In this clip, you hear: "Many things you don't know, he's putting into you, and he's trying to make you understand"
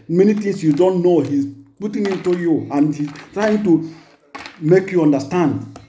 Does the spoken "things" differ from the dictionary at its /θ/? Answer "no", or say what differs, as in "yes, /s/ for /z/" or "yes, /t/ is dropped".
yes, /t/ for /θ/